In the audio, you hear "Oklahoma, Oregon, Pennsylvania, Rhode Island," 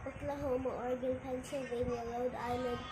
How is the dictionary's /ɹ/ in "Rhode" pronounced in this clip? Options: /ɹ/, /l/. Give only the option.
/l/